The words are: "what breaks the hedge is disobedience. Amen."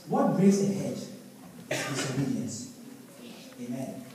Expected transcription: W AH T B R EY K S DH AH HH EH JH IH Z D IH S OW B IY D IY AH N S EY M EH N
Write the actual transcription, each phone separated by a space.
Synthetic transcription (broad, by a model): W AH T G R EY S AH HH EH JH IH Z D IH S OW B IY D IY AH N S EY M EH N